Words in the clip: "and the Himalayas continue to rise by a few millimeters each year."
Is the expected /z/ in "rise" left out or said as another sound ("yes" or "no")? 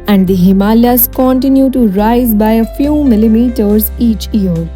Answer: no